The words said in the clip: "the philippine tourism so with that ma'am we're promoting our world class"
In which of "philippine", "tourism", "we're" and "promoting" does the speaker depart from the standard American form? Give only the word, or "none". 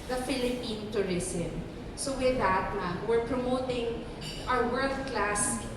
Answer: tourism